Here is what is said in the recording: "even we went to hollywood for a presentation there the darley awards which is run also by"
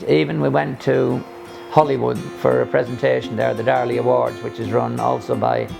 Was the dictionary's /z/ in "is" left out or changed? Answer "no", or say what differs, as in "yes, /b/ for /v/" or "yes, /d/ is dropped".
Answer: no